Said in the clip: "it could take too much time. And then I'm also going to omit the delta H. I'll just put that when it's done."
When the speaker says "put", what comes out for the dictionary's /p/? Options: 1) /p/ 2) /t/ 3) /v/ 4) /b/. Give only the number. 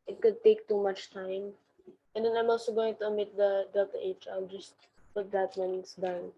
4